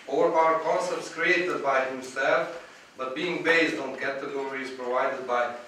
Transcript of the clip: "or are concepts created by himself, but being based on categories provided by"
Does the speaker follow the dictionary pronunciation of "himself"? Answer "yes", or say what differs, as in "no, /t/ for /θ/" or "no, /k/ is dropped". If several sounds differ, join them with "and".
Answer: yes